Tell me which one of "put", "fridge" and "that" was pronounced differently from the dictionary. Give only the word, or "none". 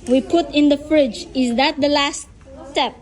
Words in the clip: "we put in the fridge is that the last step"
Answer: none